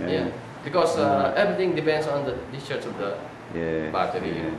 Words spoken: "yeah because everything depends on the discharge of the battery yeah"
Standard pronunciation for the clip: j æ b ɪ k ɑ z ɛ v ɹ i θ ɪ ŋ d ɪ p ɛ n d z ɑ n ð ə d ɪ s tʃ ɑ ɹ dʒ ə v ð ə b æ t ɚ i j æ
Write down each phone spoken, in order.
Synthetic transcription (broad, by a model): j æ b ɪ k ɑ s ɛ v ɹ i t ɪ ŋ d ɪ p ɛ n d s ɑ n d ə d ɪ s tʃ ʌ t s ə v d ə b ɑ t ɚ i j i